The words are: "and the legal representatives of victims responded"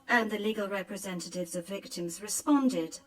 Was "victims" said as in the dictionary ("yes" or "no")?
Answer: yes